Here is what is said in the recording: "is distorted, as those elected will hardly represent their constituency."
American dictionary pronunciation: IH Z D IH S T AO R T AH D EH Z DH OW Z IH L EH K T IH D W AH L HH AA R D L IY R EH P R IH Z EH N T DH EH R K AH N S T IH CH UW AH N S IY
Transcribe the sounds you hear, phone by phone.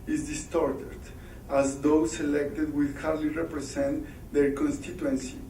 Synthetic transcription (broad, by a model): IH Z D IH S T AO R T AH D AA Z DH OW S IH L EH K T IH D W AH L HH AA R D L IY R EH P R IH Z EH N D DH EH R K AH N S T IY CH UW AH N S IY